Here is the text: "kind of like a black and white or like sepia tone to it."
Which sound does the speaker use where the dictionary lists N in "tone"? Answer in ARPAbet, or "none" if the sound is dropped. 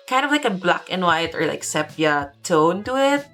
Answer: N